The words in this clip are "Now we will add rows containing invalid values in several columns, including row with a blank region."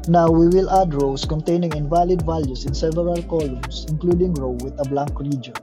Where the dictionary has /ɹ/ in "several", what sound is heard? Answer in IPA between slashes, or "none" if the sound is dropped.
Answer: none